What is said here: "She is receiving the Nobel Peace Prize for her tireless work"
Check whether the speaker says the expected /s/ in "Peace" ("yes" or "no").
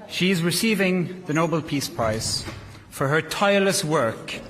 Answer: yes